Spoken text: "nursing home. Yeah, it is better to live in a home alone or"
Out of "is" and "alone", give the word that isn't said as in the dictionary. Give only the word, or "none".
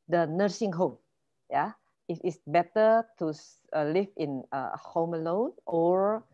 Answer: is